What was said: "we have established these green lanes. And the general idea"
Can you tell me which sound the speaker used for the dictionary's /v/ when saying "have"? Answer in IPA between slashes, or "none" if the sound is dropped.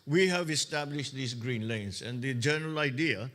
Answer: /v/